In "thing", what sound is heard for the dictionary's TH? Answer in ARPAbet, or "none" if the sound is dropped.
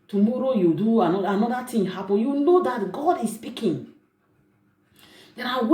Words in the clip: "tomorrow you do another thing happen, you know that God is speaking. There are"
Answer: T